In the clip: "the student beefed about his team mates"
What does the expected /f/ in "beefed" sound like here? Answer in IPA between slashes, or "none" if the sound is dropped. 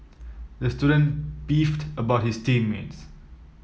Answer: /f/